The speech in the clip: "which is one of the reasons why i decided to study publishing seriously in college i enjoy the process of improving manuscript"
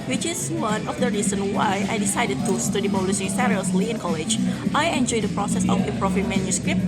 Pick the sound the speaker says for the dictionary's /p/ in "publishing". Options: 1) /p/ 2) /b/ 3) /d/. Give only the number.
2